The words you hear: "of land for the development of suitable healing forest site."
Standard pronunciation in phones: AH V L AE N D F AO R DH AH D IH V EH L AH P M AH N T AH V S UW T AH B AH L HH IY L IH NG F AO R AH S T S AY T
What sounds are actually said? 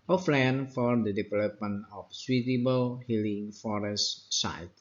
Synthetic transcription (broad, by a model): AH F L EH N F AO R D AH D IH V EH L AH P M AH N AH F S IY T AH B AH L HH IY L IH NG F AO R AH S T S AY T